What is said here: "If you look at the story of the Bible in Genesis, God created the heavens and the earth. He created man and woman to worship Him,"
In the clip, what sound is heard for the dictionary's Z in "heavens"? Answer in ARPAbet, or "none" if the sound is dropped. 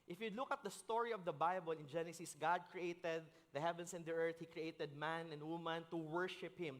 S